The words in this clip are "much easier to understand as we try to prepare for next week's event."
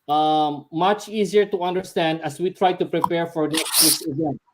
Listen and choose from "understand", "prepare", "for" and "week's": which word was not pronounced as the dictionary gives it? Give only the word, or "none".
week's